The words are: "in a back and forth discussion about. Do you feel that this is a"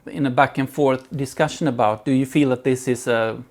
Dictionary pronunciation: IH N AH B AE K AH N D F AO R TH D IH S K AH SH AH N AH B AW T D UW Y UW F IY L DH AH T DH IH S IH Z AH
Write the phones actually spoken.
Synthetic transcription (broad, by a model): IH N AH B AE K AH N F AO R TH D IH S K AH SH AH N AH B AW T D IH Y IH F IY L DH AH T DH IH S IH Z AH